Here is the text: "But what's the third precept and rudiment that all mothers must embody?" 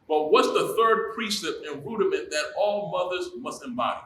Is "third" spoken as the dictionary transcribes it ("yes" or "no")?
yes